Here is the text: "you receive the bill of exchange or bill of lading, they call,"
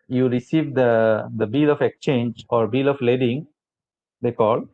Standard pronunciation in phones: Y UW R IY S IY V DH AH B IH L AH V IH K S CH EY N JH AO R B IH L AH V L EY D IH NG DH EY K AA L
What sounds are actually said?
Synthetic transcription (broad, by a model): Y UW R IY S IY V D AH B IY L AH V IH K S CH EY N JH AO R B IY L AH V L EY D IH NG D EY K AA L